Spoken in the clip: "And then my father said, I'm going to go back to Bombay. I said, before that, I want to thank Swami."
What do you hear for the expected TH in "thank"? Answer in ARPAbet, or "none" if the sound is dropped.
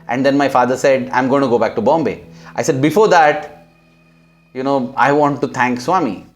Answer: T